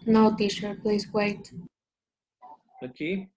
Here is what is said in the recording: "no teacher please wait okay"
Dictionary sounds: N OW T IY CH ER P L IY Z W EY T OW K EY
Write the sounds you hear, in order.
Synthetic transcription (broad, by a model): N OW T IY SH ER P L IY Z W EY T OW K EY